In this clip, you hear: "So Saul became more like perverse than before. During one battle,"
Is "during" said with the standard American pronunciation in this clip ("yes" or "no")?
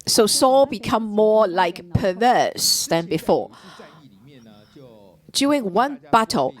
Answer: no